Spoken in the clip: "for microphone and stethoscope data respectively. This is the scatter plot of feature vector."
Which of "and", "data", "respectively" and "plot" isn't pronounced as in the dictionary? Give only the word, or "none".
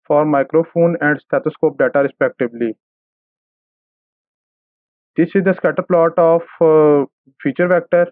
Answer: respectively